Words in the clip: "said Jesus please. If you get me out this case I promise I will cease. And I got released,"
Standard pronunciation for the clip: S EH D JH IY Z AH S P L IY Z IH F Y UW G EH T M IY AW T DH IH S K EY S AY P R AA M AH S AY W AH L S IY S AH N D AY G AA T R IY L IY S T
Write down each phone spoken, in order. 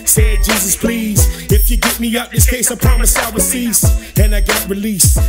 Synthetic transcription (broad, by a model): S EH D JH IY Z AH S P L IY Z IH F Y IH G EH T M IY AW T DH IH S K EY S AY P R AA M AH S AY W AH S IY S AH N AY G AA T R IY L IY S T